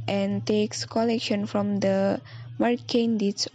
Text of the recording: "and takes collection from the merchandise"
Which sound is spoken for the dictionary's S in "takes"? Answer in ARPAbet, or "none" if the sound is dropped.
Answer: S